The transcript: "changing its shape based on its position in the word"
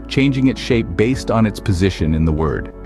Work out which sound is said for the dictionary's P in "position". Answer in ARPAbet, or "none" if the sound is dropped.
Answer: P